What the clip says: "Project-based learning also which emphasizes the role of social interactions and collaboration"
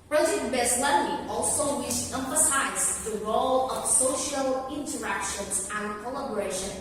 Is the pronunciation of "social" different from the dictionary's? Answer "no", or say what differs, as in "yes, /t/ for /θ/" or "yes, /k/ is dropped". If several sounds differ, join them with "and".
no